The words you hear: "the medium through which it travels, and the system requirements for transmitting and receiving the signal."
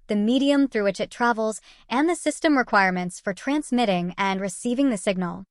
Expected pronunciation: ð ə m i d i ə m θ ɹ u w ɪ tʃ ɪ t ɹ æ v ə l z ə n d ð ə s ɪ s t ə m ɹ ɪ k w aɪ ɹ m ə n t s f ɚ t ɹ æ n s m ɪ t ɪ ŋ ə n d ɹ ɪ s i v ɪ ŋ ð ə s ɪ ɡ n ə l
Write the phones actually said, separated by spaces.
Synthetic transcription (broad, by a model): ð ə m i d i ə m θ ɹ u w ɪ tʃ ɪ t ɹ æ v l z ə n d ð ə s ɪ s t ə m ɹ ɪ k w aɪ ɹ m ə n t s f ɚ t ɹ æ n s m ɪ t ɪ ŋ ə n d ɹ ɪ s i v ɪ ŋ ð ə s ɪ ɡ n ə l